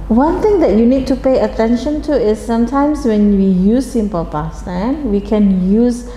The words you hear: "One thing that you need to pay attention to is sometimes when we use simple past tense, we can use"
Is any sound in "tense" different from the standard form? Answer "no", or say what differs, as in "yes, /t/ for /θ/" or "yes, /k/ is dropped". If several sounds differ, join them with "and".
yes, /s/ is dropped